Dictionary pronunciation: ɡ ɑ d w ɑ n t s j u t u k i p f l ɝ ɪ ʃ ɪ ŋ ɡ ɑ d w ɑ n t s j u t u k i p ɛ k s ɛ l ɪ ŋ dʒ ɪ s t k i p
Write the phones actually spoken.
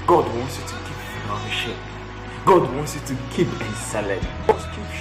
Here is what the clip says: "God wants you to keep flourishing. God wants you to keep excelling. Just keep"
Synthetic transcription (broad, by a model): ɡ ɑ d w ɑ n t s j u t u k i p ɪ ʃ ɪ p ɡ ɑ d w ɑ n t s j u t u k i p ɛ s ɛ l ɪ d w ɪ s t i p